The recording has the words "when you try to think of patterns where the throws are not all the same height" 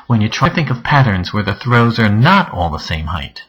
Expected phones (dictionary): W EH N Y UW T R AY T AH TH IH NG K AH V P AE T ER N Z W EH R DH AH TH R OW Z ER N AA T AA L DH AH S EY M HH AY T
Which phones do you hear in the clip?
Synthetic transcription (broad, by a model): W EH N Y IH T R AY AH TH IH NG K AH V P AE T ER N Z W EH R DH AH TH R OW Z ER N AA T AA L DH AH S EY M HH AY T